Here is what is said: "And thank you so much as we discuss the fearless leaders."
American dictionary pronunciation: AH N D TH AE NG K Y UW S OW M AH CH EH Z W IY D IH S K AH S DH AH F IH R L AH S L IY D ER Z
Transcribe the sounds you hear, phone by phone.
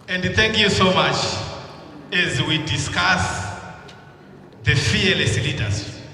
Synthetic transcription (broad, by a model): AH N D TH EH NG K Y UW S OW M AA CH EH Z W IY D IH S K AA S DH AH F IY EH L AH S L IY D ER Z